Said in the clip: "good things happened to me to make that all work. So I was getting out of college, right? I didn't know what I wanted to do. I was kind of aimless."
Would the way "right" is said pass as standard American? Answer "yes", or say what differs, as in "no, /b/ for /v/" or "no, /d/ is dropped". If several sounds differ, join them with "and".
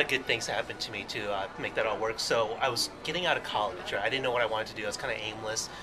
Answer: no, /t/ is dropped